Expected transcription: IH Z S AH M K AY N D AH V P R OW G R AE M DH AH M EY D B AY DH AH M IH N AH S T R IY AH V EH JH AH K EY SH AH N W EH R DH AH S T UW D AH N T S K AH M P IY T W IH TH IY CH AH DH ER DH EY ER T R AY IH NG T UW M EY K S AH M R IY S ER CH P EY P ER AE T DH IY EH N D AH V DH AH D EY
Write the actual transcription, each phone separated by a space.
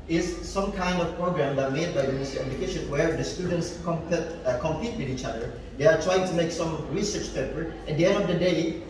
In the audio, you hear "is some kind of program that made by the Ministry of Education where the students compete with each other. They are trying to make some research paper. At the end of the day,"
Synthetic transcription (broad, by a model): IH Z S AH M K AY N D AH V P R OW G R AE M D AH M EY D B AY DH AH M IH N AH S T IY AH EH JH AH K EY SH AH N W EH R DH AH S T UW D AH N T S K AH M P IY T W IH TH IY CH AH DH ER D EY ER T R AY IH NG T UW M EY K S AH M R IY S ER CH P EY P ER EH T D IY EH N D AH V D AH D EY